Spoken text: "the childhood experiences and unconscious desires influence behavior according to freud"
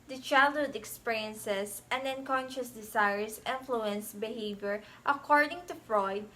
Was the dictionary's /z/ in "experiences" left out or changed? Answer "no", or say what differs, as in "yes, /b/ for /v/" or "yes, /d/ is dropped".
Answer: yes, /s/ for /z/